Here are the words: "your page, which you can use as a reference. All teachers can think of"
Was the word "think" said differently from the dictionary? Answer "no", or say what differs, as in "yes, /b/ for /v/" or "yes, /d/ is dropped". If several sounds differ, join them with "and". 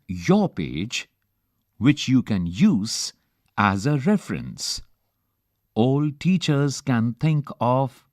yes, /t/ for /θ/